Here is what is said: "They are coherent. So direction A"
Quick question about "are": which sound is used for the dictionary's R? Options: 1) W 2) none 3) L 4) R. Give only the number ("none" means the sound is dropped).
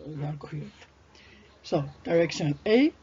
3